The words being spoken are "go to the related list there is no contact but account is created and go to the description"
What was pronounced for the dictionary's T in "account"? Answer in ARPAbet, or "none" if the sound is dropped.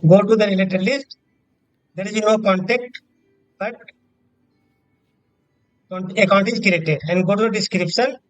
T